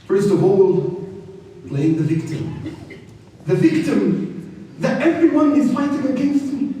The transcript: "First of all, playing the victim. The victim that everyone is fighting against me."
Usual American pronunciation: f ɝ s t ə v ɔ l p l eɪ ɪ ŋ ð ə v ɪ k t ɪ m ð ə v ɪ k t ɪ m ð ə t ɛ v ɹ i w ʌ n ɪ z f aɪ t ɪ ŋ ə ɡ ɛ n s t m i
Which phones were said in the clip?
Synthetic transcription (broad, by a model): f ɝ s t ə v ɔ l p l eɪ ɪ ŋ ð ə v ɪ k t ɪ m ð ə v ɪ k t ɪ m ð ə t ɛ v ɹ i w ʌ n ɪ z f aɪ t ɪ ŋ ə ɡ ɛ n s t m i